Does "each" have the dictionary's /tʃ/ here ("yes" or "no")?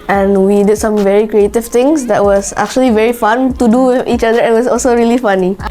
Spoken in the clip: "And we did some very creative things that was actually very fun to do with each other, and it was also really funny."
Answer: yes